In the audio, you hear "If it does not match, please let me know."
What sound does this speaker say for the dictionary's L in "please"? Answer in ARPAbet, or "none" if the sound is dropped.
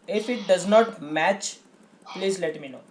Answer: L